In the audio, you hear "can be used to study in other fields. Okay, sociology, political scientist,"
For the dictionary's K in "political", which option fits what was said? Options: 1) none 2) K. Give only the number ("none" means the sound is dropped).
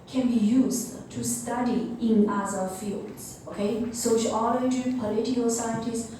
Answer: 1